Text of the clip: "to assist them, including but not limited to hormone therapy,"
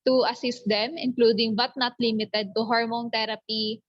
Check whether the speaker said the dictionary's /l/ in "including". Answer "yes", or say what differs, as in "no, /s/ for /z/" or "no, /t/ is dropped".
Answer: yes